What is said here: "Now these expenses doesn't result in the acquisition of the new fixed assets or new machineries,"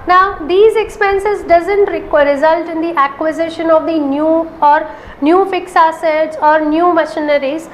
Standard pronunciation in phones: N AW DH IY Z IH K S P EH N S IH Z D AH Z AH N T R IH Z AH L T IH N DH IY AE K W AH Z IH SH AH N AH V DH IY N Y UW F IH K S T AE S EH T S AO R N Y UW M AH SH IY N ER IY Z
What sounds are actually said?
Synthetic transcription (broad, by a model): N AW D IY Z IH K S P EH N S IH Z D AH Z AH N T R IH Z AH L T IH N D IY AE K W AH Z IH SH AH N AH V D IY N Y UW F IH K S AE S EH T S AO R N Y UW M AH SH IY N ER IY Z